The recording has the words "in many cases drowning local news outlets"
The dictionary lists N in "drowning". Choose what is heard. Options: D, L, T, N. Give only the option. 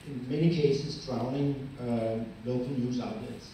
L